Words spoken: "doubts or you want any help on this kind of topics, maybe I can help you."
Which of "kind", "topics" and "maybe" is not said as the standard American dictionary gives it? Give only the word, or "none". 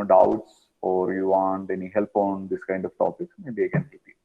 topics